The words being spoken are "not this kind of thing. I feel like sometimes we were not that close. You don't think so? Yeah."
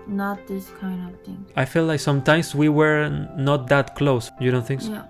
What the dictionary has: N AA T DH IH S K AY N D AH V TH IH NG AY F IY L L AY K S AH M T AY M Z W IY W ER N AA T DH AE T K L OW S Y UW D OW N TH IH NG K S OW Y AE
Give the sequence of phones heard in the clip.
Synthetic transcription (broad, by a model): N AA T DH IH S K AY N D AH V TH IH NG AY F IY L L AY K S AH M T AY M S W IY W ER N AA T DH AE T K L OW S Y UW D OW N TH IH NG K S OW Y